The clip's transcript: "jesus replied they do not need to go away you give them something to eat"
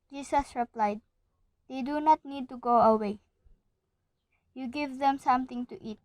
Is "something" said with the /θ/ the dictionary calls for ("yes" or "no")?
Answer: no